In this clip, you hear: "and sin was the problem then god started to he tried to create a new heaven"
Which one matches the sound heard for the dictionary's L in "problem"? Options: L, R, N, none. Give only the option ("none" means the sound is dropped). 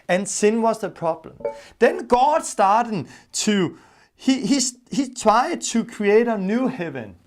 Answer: L